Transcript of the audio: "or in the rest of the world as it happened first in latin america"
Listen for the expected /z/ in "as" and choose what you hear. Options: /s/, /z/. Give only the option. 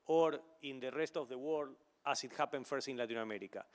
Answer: /s/